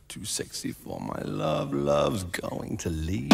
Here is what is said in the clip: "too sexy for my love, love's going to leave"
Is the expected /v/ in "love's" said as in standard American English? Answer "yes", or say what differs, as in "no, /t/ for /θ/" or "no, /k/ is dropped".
yes